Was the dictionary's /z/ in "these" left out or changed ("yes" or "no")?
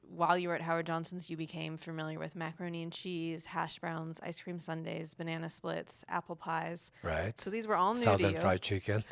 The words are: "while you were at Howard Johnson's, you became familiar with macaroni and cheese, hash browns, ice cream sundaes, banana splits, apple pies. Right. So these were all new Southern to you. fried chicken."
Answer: no